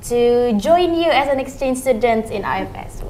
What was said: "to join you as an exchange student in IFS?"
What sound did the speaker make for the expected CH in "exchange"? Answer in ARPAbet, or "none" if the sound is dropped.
CH